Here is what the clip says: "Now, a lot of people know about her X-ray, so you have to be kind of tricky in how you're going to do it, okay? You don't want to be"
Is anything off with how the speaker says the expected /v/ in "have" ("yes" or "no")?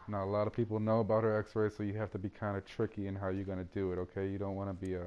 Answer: yes